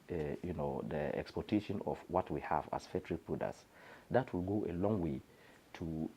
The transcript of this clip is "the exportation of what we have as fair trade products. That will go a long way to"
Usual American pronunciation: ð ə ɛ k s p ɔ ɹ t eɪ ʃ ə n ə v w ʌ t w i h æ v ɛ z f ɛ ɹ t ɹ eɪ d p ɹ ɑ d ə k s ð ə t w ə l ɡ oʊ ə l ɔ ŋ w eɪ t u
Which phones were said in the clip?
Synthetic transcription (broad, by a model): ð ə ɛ k s p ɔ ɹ t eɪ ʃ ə n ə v w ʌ t w i h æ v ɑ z f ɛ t ɹ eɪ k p u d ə s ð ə t w ə l ɡ oʊ ə l ɔ ŋ w eɪ t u